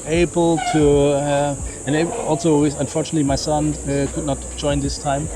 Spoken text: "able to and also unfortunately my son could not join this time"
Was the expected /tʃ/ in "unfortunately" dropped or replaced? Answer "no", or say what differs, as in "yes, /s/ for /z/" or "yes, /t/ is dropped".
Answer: no